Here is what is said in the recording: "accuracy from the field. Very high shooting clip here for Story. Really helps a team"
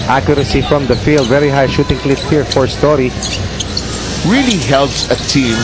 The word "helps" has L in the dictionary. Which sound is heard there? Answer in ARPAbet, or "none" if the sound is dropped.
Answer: L